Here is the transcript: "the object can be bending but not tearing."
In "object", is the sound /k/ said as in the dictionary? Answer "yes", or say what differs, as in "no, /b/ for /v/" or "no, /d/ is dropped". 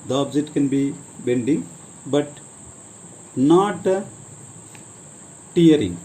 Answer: no, /k/ is dropped